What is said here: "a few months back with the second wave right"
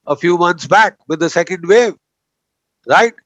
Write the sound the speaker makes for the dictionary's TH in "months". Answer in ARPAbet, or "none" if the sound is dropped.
T